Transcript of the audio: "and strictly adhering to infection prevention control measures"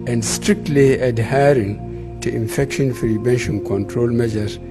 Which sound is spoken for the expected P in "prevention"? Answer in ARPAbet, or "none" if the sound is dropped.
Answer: F